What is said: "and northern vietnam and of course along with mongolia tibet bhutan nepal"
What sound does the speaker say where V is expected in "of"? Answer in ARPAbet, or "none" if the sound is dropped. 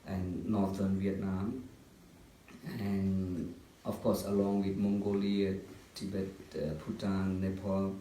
F